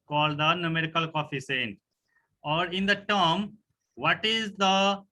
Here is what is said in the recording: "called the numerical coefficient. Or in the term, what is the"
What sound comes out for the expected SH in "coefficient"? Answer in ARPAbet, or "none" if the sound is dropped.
S